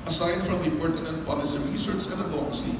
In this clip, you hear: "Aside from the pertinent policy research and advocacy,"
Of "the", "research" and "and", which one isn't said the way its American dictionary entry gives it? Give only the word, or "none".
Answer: research